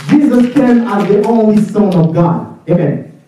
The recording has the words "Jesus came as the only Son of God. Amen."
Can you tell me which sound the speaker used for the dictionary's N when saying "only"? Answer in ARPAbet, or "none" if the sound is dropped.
N